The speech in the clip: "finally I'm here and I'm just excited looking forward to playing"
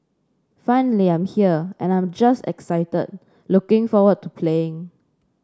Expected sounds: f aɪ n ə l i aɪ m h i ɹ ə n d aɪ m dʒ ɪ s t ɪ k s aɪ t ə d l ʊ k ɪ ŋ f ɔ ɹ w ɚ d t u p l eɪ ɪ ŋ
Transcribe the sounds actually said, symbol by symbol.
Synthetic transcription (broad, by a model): f aɪ n ə l i aɪ m h i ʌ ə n aɪ m dʒ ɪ s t ɪ k s aɪ t ə d l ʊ k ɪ ŋ f ɔ w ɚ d t u p l eɪ ɪ ŋ